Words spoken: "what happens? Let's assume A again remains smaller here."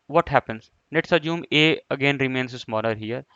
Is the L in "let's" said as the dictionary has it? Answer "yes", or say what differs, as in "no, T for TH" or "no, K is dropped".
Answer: no, N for L